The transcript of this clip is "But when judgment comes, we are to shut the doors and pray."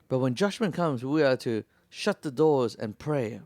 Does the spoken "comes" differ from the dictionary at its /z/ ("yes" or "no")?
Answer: no